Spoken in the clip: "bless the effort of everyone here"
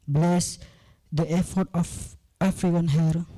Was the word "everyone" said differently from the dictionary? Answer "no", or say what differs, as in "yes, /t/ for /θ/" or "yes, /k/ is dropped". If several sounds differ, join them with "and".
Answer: yes, /f/ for /v/